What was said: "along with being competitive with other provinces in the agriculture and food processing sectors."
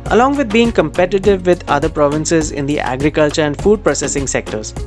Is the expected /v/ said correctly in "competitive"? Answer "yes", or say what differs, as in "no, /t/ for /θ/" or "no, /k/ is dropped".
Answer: yes